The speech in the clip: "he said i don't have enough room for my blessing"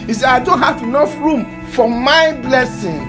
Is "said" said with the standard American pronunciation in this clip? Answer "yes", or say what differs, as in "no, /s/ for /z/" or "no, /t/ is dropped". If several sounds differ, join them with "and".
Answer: no, /d/ is dropped